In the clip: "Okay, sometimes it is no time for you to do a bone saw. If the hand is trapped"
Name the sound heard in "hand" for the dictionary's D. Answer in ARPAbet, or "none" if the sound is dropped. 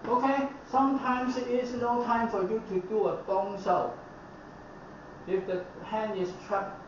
none